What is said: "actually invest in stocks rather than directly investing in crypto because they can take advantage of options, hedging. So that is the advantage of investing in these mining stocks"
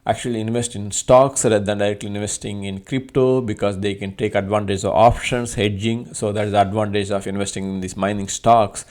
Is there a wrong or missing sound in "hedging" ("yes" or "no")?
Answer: no